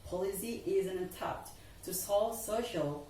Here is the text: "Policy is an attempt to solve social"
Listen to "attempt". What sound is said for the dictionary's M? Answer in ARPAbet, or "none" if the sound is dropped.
none